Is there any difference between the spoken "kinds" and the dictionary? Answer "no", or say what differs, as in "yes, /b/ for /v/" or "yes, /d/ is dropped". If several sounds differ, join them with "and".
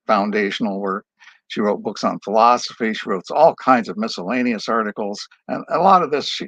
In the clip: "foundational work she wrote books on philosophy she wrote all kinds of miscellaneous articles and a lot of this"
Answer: no